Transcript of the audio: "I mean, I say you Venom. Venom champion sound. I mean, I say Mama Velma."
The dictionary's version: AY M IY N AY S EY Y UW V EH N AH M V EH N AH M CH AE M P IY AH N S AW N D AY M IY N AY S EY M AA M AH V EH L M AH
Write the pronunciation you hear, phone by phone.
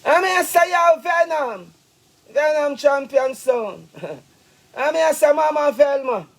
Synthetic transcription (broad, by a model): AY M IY AY S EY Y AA V EH N AH M V EH N AH M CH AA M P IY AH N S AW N AY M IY AY S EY M AA M AH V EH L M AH